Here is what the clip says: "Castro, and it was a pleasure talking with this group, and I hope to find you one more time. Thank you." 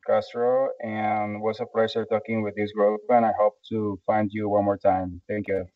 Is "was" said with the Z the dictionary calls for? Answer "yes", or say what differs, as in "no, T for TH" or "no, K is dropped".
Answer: no, S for Z